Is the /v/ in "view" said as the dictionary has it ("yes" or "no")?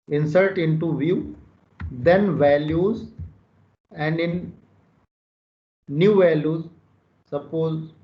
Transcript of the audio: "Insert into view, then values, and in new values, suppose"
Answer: yes